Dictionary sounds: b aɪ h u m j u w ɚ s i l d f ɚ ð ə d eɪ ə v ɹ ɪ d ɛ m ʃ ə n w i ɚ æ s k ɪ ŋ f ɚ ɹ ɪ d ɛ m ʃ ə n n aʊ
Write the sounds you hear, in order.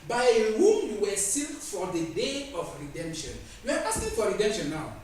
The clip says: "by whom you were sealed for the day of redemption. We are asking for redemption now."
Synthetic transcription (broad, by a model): b aɪ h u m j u w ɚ s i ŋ f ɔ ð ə d eɪ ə f ɹ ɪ d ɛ m ʃ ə n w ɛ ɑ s ɪ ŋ f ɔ ɹ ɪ d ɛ m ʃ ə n n aʊ